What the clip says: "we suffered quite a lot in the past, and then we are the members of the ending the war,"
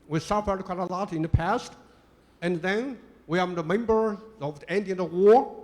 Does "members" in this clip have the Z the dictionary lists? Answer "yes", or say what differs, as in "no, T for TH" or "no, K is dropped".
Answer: no, Z is dropped